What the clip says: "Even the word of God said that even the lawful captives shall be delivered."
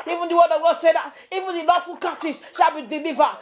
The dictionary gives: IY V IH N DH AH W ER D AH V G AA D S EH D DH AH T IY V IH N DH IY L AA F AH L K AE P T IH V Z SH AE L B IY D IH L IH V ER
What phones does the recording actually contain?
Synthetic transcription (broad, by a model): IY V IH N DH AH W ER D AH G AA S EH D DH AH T IY V IH N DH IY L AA F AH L K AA T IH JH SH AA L B IY D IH L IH V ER